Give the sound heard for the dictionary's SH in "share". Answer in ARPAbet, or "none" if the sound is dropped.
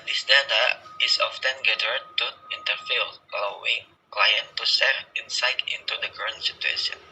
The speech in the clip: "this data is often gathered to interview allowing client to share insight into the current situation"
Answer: S